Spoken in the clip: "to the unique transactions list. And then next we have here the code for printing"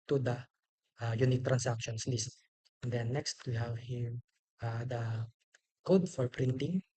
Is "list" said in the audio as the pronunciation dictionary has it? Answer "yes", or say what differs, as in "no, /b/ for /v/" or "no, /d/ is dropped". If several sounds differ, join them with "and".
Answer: yes